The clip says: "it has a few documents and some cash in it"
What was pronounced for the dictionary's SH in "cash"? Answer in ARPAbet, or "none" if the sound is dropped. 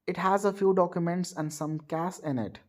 S